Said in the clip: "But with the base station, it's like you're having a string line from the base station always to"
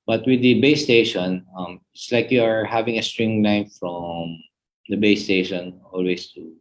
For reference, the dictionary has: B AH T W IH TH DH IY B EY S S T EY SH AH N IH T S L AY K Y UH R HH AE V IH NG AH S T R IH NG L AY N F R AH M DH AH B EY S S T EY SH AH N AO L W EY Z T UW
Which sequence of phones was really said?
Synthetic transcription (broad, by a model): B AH T W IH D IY B EY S S T EY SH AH N IH T S L AY K Y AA R HH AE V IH NG AH S T R IH NG L AY N F R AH M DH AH B EY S S T EY SH AH N AO L W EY S T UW